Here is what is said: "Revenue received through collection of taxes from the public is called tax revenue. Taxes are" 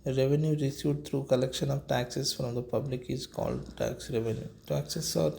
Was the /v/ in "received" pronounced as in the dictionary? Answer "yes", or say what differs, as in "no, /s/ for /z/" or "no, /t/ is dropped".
no, /v/ is dropped